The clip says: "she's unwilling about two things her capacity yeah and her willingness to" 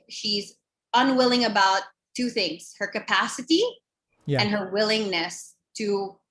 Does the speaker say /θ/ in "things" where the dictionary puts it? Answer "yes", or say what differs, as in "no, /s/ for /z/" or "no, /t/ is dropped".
yes